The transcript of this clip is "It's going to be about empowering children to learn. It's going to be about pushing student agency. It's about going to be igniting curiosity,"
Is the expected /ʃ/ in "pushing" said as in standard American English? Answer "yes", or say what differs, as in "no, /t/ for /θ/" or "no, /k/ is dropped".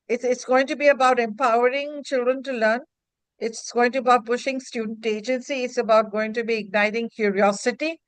yes